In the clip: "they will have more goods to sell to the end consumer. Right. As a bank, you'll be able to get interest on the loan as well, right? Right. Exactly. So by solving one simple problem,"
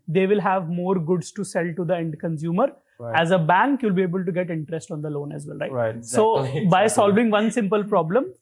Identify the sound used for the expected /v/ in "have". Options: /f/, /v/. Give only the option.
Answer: /v/